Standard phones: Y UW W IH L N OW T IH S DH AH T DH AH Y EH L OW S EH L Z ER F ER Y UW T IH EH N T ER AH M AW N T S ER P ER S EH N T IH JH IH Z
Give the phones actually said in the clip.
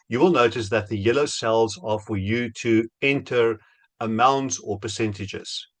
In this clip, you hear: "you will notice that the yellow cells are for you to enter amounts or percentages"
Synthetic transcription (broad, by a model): Y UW W IH L N OW T IH S DH AH T DH AH Y EH L OW S EH L Z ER F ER Y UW T IH EH N T ER AH M AW N T S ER P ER S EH N T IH JH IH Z